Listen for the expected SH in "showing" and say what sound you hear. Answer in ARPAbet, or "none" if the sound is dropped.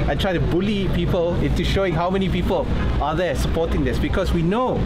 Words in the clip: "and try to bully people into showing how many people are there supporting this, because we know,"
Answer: SH